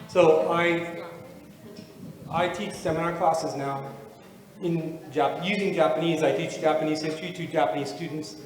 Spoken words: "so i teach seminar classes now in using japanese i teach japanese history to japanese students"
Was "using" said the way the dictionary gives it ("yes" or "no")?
yes